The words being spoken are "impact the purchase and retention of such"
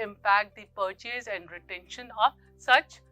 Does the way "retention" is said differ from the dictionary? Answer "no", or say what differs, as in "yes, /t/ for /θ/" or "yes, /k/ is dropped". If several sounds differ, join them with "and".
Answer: no